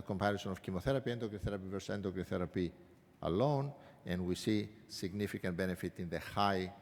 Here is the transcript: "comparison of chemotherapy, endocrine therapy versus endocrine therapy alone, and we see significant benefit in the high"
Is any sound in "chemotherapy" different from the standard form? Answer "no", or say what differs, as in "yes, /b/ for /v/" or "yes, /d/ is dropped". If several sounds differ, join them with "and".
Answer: no